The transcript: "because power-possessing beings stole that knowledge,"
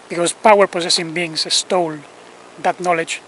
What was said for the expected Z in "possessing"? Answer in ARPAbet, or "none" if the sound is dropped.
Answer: S